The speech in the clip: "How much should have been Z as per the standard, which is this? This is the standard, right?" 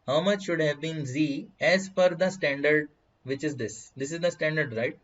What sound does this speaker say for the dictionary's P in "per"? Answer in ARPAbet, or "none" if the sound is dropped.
F